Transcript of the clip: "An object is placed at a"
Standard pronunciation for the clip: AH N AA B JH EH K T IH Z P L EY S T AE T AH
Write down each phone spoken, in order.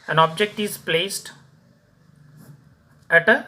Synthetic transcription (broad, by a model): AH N AA B JH EH K T IH Z P L EY S T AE T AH